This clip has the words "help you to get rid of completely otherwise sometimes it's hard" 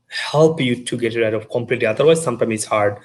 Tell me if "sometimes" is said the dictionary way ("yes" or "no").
no